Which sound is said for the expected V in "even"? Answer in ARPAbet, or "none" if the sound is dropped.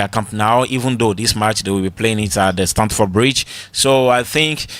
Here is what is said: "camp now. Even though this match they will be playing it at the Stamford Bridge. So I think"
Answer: V